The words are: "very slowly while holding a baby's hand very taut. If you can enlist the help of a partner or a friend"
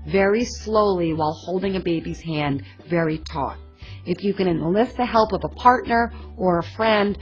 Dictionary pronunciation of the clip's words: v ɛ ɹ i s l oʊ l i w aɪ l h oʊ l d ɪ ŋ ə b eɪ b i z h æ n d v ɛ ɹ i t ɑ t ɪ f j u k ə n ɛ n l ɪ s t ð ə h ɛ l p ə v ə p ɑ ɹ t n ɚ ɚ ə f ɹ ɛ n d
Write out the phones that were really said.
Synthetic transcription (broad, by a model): v ɛ ɹ i s l oʊ l i w aɪ l h oʊ l d ɪ ŋ ə b eɪ b i z h æ n d v ɛ ɹ i t ɑ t ɪ f j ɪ k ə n ɛ n l ɪ s t ð ə h ɛ l p ə v ə p ɑ ɹ t n ɚ ɚ ə f ɹ ɛ n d